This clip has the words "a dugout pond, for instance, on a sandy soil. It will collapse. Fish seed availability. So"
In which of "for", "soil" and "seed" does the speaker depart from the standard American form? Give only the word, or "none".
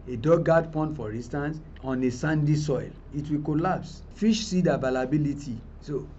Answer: none